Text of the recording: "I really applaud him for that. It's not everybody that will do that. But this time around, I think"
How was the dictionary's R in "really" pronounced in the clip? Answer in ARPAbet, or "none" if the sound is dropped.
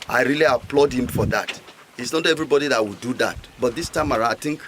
R